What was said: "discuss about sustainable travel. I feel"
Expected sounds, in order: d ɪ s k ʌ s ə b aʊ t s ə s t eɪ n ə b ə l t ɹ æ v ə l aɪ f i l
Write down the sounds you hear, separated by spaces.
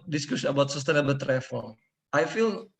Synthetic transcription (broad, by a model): d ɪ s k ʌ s ə b aʊ t s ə s t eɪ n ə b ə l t ɹ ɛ f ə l aɪ f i l